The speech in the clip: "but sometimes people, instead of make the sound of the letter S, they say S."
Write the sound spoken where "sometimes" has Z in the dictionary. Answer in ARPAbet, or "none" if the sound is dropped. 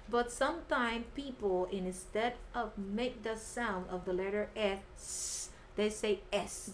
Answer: none